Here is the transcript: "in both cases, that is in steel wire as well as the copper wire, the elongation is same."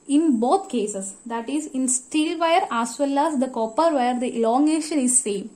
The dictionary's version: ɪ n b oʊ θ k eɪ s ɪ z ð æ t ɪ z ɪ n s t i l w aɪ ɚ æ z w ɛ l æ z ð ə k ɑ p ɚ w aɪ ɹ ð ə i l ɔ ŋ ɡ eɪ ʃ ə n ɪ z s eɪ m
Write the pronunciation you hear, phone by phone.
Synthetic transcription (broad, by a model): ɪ n b oʊ t k eɪ s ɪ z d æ t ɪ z ɪ n s t i l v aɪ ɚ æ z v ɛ l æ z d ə k ɑ p ɚ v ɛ ɹ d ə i l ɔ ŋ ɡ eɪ ʃ ə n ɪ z s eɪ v